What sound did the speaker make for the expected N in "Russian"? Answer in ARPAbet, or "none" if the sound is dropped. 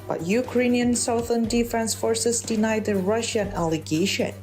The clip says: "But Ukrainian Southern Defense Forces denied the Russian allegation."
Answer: N